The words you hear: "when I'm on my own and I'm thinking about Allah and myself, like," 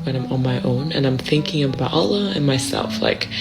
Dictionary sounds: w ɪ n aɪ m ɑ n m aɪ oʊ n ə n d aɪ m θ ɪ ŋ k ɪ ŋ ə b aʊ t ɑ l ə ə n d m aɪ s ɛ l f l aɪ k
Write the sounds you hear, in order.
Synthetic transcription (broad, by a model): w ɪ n aɪ m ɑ n m aɪ oʊ n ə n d aɪ m θ ɪ ŋ k ɪ ŋ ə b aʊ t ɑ l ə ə n m aɪ s ɛ l f l aɪ k